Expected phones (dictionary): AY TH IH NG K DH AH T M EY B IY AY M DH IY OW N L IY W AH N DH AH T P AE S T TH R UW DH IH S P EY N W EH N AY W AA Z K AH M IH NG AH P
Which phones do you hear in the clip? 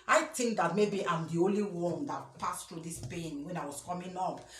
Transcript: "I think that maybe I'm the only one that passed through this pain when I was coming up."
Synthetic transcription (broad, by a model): AY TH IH NG K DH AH T M EY B IY AY M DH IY OW N L IY W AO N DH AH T P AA S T R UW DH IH S P EY N W EH N AY W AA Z K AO M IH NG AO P